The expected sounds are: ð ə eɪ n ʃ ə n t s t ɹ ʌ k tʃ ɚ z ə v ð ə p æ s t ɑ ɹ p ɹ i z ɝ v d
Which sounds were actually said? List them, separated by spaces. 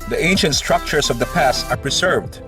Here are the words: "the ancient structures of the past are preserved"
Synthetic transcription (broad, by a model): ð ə eɪ n ʃ ə n t s t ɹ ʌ k tʃ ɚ s ə v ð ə p æ s t ɑ ɹ p ɹ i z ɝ v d